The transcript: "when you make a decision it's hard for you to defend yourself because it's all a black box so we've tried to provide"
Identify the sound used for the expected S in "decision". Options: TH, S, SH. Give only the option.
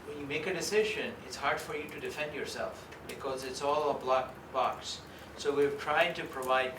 S